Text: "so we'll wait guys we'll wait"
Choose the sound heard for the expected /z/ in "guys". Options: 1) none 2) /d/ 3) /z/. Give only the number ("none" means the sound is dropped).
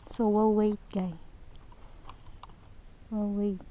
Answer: 1